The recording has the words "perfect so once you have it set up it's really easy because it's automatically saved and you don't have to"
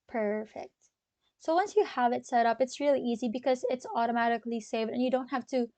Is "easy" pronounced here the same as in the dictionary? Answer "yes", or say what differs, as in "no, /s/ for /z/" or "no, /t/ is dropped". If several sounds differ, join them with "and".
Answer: yes